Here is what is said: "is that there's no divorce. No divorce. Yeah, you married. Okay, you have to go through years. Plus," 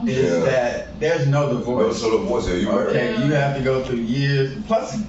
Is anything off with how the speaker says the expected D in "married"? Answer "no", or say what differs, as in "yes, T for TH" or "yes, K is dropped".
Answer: yes, D is dropped